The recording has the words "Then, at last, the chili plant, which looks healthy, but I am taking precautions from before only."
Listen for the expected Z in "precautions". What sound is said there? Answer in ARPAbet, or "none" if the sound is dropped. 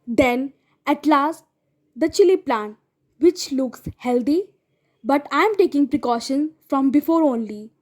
none